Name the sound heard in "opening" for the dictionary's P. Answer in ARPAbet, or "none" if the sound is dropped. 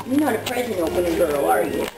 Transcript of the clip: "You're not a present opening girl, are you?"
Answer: none